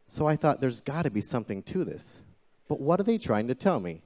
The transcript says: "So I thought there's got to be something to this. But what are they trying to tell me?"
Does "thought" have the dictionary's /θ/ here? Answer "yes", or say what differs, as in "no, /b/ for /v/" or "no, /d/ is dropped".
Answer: yes